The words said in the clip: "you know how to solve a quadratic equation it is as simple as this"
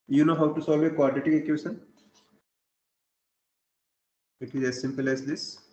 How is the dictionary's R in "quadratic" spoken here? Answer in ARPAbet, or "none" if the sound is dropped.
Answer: none